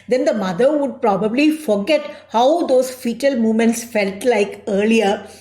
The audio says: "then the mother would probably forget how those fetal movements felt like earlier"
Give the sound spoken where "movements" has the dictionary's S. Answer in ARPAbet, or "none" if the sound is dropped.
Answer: S